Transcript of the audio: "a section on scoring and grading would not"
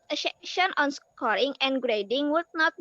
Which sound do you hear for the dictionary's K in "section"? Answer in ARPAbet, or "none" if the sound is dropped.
none